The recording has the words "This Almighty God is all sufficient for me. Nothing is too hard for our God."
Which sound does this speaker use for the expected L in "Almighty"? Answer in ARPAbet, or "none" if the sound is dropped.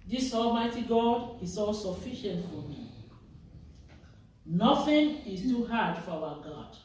L